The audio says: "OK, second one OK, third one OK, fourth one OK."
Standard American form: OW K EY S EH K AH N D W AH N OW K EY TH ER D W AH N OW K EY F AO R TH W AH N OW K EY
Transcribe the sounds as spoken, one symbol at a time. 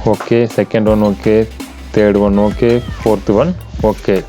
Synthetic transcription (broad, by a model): OW K EY S EH K AH N D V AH N OW K EY T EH D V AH N OW K EY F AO R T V AH N OW K EY